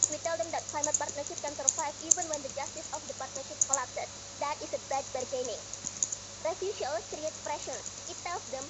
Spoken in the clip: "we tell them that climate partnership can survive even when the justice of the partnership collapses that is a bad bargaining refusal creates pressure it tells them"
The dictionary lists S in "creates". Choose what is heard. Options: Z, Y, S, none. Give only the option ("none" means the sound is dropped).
none